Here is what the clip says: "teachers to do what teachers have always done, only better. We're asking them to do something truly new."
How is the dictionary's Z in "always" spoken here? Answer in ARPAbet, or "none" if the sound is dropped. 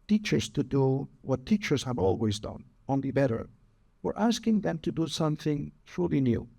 Z